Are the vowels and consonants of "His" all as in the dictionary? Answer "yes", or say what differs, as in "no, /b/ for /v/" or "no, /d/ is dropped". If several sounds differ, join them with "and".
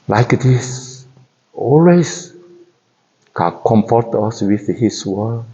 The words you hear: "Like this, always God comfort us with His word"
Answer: no, /s/ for /z/